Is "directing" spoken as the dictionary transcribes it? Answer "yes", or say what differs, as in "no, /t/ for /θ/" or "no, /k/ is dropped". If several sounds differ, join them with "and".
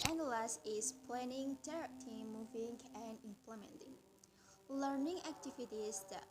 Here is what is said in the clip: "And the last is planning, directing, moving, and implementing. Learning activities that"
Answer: no, /k/ is dropped